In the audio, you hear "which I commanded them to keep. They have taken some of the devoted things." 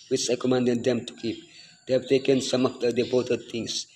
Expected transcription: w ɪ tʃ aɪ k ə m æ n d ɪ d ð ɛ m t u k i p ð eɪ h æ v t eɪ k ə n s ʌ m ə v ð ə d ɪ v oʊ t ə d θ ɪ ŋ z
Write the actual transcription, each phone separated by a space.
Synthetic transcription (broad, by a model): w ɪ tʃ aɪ k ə m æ n d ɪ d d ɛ m t u k i p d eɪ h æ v t eɪ k ə n s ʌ m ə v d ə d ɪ b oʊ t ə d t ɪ ŋ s